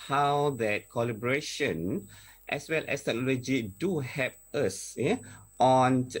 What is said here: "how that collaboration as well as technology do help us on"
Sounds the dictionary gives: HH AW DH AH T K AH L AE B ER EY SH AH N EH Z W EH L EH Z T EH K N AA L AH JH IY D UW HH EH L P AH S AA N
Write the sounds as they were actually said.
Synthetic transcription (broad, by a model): HH AW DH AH T K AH L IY B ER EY SH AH N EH S W EH L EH S T EH K N AA L AH JH IY D UW HH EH P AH S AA N